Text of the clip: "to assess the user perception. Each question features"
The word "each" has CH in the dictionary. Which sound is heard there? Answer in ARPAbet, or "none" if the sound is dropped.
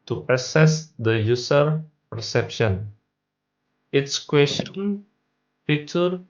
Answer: S